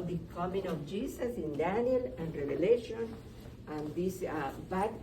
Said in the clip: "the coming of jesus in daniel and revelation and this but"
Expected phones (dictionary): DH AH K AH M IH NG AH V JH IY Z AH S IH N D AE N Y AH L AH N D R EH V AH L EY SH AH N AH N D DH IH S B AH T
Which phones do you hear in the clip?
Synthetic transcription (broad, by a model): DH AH K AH M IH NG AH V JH IY S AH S IH N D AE N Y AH L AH N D R EH V AH L EY SH AH N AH N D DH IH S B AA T